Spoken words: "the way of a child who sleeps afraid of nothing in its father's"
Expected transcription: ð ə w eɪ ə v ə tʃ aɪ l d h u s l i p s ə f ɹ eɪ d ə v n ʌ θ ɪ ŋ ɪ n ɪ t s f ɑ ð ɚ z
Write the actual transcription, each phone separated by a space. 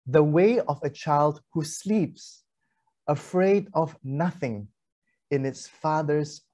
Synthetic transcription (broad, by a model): ð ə w eɪ ə v ə tʃ aɪ l d h u s l i p s ə f ɹ eɪ d ə v n ʌ θ ɪ ŋ ɪ n ɪ t s f ɑ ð ɚ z